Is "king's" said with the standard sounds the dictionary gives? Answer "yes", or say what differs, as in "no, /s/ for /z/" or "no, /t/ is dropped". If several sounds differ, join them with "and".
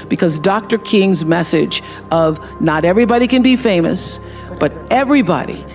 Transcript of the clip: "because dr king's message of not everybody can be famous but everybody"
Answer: yes